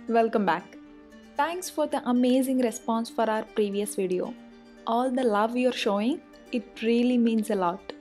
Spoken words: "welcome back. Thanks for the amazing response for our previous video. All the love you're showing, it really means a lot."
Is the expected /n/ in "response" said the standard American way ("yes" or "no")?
yes